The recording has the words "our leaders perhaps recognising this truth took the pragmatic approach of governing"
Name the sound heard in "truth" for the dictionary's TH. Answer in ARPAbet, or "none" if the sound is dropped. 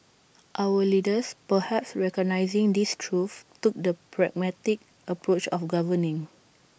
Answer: F